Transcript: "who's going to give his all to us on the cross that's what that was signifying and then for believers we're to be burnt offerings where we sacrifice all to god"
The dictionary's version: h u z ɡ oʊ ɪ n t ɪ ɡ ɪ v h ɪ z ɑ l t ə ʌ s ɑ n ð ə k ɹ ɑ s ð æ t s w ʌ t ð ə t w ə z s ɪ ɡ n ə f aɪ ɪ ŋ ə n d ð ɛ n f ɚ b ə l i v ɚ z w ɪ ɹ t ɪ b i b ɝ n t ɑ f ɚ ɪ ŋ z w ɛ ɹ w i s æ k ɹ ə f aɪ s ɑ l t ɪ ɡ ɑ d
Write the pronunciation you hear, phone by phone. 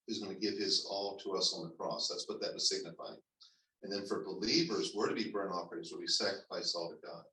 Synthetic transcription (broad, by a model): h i z ɡ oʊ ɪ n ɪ ɡ ɪ v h ɪ z ɑ l t ə ʌ s n ð ə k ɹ ɑ s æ s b ʌ t ð ə t w ə z s ɪ ɡ n ə f aɪ ɪ ŋ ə n ð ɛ n f ɚ b ə l i v ɚ z w ɪ ɹ t ɪ b i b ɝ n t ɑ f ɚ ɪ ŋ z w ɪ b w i s æ k ɹ ə f aɪ s ɑ l t ɪ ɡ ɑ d